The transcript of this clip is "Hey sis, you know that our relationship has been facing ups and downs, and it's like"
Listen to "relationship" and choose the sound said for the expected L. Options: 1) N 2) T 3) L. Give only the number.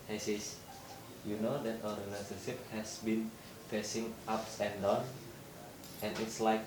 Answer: 1